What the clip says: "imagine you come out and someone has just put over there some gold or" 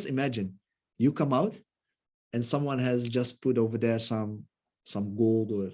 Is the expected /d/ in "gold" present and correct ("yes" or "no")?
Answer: yes